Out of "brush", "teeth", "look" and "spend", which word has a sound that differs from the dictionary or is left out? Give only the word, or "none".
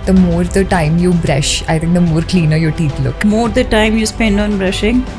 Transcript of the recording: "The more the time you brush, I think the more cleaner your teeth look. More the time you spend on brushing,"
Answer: teeth